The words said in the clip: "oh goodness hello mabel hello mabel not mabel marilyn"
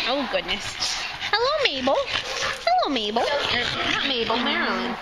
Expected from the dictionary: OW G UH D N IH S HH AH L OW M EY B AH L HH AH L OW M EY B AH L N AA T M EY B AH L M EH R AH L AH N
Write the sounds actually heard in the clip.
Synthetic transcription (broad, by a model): OW G UH D N IH S HH AH L OW M EY B L HH AH L OW M EY B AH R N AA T M EY B L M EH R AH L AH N